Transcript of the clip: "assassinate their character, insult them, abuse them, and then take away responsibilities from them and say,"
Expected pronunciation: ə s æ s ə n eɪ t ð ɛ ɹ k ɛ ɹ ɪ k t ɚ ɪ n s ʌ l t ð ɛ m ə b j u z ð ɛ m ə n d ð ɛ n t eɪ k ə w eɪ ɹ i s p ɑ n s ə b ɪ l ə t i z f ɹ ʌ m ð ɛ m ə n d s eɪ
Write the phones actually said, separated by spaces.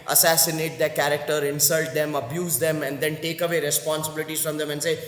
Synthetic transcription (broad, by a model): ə s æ s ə n eɪ t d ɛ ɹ k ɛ ɹ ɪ k t ɚ ɪ n s ʌ l t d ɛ m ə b j u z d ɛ m ə n d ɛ n t eɪ k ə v eɪ ɹ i s p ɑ n s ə b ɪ l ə t i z f ɹ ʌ m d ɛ m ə n s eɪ